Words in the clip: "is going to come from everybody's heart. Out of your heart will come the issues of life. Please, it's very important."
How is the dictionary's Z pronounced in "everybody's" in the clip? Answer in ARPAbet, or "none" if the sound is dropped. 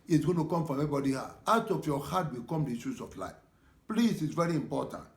none